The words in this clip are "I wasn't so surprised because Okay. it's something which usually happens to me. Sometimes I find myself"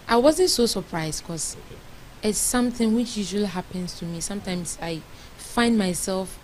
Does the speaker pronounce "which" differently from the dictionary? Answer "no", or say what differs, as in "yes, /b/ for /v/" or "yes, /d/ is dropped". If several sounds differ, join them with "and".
no